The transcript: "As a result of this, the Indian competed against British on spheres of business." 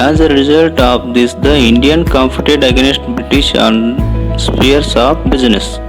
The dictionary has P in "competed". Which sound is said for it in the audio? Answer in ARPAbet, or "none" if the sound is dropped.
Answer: F